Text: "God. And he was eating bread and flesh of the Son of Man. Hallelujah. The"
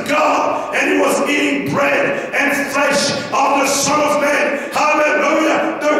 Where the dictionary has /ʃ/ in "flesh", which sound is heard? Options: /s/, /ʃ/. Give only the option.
/ʃ/